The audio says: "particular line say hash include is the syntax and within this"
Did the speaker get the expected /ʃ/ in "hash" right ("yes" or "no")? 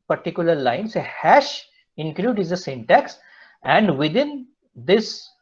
yes